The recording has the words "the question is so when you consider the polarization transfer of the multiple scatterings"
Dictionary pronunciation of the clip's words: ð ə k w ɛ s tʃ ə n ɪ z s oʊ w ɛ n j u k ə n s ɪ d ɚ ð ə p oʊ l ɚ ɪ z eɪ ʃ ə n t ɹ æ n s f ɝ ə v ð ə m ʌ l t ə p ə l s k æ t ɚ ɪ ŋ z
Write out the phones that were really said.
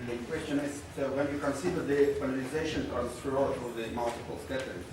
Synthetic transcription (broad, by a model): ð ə k w ɛ s tʃ ə n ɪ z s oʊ w ɛ n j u k ə n s ɪ d ɚ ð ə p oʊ n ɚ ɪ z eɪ ʃ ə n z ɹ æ s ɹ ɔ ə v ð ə m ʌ l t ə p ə l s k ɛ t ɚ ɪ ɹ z